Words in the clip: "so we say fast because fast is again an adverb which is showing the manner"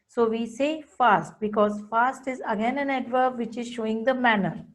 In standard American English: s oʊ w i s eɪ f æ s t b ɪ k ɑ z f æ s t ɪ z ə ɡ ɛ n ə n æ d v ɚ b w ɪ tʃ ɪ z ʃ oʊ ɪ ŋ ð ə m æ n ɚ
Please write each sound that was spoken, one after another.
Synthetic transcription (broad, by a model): s oʊ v i s eɪ f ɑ s t b ɪ k ɑ z f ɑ s t ɪ z ə ɡ ɛ n ə n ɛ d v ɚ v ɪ tʃ ɪ z ʃ oʊ ɪ ŋ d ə m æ n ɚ